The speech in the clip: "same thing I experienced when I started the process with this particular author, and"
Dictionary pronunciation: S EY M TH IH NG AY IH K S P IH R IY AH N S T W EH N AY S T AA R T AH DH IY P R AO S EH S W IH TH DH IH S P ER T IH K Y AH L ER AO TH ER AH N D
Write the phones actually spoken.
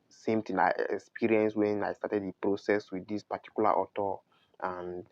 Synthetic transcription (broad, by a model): S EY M T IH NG AY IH K S P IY R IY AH N S W EH N AY S T AA T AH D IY P R AO S EH S W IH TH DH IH S P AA T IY K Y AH L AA AO T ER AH N